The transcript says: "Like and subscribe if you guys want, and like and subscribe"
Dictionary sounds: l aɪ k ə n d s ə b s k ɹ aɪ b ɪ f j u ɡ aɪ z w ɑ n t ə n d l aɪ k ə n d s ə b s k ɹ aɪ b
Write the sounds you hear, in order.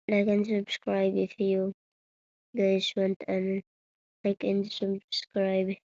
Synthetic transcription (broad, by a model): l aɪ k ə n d s ə b s k ɹ aɪ b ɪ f j u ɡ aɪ s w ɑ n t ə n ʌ l aɪ k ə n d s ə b s k ɹ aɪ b